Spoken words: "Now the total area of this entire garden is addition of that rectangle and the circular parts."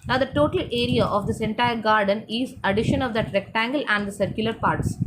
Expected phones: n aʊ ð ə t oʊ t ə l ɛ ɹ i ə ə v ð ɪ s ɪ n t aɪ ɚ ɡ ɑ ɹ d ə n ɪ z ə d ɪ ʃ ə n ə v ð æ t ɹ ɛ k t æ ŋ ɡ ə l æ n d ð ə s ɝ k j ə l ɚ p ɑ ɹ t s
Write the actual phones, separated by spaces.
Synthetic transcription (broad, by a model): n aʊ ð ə t oʊ t ə l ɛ ɹ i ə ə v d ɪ s ɪ n t aɪ ɚ ɡ ɑ ɹ d ə n ɪ z ə d ɪ ʃ ə n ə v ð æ t ɹ ɛ k t æ ŋ ɡ ə l æ n d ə s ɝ k j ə l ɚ p ɑ ɹ t s